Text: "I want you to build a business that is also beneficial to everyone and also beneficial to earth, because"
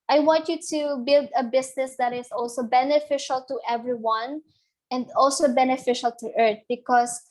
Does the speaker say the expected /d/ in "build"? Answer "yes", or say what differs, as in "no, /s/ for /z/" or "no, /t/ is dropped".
yes